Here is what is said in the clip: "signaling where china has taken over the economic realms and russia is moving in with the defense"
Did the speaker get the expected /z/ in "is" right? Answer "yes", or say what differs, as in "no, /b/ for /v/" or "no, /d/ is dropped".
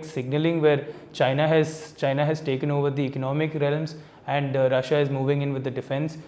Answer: yes